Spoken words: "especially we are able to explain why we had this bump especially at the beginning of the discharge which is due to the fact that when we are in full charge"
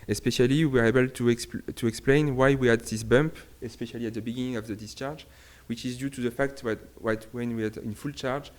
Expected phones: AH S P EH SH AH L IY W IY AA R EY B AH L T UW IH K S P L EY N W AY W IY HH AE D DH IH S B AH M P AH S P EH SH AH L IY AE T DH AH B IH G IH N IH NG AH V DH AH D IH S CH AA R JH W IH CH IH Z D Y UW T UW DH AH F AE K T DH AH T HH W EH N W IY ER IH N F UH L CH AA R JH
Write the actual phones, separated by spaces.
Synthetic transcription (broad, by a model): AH S P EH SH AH L IY W IY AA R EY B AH L T UW IH K S P L EY N W AY W IY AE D DH IH S B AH M P AH S P EH SH AH L IY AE T DH AH B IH G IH N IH NG AH V DH AH D IH S CH AA R JH W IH CH IH Z D Y UW T UW DH AH F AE K T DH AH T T W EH N W IY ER IH N F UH L CH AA R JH